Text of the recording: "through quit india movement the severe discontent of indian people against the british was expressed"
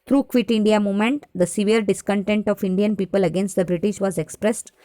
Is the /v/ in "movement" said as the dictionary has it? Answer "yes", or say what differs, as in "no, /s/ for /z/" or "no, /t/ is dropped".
no, /v/ is dropped